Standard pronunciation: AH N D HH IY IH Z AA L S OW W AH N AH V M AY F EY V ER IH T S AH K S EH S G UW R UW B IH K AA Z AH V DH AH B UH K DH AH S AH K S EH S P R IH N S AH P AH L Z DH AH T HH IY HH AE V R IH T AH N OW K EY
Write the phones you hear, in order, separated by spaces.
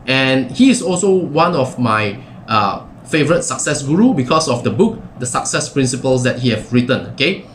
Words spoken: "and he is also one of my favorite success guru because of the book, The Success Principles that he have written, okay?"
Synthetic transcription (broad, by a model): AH N HH IY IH S AA L S OW W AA N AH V M AY F EY V ER IH T S AH K S EH S G UW R UW B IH K AA S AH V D AH B UH K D AH S AH K S EH S P R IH N S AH P AH L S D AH T HH IY HH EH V R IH T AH N OW K EY